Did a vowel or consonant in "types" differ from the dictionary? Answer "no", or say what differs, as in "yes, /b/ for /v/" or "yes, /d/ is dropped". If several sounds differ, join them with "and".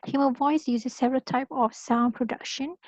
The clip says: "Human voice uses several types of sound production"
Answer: yes, /s/ is dropped